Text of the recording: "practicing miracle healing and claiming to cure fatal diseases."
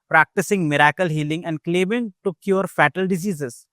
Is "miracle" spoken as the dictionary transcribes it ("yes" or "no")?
yes